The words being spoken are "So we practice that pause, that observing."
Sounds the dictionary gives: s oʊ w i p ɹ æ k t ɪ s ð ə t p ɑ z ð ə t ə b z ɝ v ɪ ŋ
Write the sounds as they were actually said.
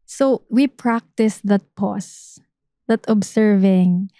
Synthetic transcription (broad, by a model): s oʊ w i p ɹ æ k t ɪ s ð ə t p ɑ s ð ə t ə b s ɝ v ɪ ŋ